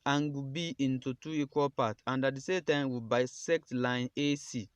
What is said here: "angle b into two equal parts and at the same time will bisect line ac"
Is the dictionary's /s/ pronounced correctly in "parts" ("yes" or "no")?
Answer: no